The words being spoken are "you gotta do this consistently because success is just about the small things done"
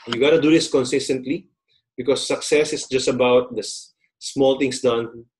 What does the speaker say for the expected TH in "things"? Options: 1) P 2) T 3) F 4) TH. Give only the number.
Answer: 2